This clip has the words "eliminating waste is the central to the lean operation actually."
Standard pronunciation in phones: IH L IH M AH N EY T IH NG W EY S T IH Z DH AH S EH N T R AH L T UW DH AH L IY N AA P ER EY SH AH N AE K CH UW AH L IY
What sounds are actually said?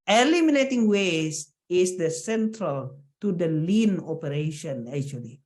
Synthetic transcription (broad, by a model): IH L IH M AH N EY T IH NG W EY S IH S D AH S EH N T R AH L T UW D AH L IY N AA P ER EY SH AH N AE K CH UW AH L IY